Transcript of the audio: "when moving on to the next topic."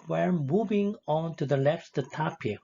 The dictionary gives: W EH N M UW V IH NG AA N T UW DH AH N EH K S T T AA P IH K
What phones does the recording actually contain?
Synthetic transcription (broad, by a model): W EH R M UW V IH NG AA N T UW DH AH L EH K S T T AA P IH